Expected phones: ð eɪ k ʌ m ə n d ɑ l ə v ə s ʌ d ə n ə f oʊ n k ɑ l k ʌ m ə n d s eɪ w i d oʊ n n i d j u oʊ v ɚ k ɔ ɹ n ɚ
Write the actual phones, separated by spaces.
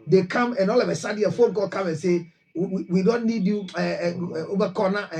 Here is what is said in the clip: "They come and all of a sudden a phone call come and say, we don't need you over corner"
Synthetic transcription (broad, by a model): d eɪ k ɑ m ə n ɑ l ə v ə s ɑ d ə ə f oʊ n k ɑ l k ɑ m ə n s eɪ w i d oʊ n n i d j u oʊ b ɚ k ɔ n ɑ